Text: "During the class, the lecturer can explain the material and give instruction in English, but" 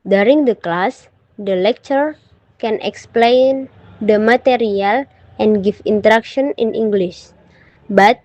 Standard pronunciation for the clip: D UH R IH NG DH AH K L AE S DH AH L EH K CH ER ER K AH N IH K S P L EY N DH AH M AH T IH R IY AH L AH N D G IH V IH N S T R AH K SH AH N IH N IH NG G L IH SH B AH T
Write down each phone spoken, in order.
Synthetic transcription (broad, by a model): D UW R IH NG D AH K L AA S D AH L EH K CH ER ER K AH N IH K S P L EY N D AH M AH T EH R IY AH L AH N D G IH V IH N T R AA K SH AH N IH N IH NG G L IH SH B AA T